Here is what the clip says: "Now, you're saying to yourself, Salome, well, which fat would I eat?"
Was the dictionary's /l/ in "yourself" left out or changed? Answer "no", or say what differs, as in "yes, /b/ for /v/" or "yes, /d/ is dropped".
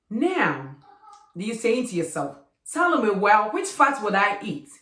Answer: no